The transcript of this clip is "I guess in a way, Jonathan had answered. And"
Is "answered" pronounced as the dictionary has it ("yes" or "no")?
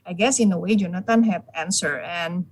no